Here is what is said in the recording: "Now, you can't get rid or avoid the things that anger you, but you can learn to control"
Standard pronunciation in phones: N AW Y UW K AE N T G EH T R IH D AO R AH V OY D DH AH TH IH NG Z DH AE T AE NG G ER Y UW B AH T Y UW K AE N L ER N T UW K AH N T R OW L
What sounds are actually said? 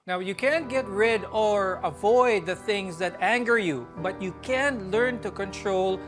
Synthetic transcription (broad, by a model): N AW Y UW K AE N T G EH T R IH D AO R AH V OY D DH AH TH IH NG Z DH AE T AE NG G ER Y UW B AH T Y UW K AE N L ER N T UW K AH N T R OW L